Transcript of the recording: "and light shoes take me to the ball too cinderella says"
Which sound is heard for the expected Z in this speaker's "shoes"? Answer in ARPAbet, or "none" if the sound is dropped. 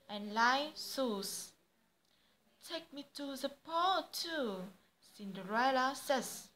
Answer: S